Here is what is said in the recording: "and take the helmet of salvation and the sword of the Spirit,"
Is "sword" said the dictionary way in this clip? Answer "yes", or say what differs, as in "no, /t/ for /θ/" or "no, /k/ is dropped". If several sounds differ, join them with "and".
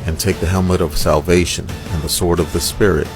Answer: yes